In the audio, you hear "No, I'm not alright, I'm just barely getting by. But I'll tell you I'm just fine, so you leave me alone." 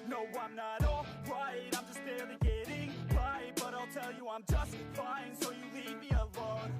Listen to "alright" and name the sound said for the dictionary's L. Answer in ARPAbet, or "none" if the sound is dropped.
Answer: none